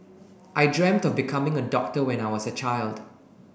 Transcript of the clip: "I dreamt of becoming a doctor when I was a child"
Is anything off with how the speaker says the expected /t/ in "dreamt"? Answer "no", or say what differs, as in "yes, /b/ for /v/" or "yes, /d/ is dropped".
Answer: no